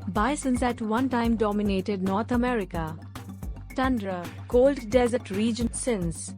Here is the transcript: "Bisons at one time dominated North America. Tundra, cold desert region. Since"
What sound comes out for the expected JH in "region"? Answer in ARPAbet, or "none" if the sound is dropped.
JH